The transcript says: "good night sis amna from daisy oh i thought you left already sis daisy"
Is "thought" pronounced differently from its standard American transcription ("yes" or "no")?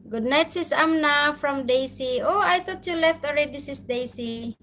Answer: yes